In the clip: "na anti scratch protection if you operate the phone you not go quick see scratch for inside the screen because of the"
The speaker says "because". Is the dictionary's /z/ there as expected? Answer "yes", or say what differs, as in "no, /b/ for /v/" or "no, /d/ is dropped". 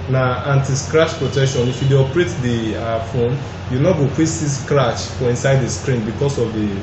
no, /s/ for /z/